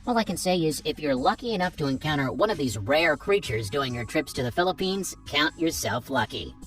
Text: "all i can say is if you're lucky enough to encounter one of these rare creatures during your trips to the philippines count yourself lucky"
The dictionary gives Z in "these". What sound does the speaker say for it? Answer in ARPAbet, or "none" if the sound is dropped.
Z